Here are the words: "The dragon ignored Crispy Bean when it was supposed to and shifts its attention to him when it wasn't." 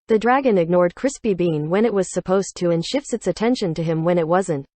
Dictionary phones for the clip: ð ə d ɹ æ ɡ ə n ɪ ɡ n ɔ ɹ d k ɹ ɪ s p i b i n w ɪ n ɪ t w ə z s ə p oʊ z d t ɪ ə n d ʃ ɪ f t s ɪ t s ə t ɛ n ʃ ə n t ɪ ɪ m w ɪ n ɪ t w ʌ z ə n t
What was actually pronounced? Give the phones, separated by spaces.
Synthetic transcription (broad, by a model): ð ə d ɹ æ ɡ ə n ɪ ɡ n ɔ ɹ d k ɹ ɪ s p i b i n w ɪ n ɪ t w ə z s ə p oʊ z t ɪ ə n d ʃ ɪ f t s ɪ t s ə t ɛ n ʃ ə n t ɪ ɪ m w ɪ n ɪ t w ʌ z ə n t